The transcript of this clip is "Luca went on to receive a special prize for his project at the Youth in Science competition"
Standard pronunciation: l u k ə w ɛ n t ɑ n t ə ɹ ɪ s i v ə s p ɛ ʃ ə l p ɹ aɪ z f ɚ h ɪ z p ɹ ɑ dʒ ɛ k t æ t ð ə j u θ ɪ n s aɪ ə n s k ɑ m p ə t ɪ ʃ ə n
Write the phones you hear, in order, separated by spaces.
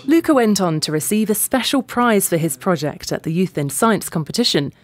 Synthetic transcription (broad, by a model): l u k ə w ɛ n t n t ə ɹ ɪ s i v ə s p ɛ ʃ ə l p ɹ aɪ z f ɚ ɪ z p ɹ ɑ dʒ ɛ k t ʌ t ð ə j u θ ɪ n s aɪ ə n s k ɑ m p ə t ɪ ʃ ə n